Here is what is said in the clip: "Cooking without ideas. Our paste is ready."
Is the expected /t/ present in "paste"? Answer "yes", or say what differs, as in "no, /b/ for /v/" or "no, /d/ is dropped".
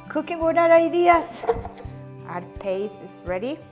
no, /t/ is dropped